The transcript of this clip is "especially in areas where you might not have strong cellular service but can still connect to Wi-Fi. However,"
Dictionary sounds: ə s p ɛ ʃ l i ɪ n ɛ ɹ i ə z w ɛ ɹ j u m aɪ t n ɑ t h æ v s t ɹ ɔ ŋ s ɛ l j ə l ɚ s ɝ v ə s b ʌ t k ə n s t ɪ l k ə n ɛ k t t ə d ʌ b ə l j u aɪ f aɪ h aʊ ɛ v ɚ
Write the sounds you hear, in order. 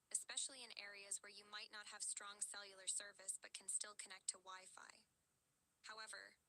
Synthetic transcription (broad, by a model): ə s p ɛ ʃ l i ɪ n ɛ ɹ i ə z w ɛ ɹ j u m aɪ t n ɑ t h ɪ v s t ɹ ɔ ŋ s ɛ l j l ɚ s ɝ v ə s b ʌ t k n s t ɪ l k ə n ɛ k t t ə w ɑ ə f aɪ h aʊ ɛ v ɚ